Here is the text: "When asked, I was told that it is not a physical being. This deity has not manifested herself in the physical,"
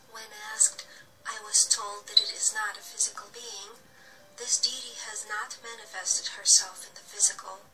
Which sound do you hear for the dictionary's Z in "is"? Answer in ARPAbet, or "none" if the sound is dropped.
Z